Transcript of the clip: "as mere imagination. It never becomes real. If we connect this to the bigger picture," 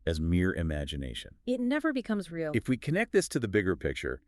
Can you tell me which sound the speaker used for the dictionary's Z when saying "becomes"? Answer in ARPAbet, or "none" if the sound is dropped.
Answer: Z